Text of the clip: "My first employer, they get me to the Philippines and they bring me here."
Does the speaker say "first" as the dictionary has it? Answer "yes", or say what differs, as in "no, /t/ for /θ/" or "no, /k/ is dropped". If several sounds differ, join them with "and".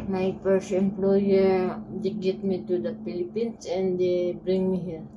no, /p/ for /f/ and /t/ is dropped